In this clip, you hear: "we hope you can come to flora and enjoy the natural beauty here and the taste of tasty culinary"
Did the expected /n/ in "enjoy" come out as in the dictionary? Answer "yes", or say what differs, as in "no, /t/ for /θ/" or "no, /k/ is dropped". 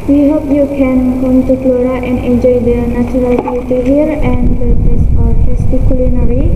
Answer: no, /n/ is dropped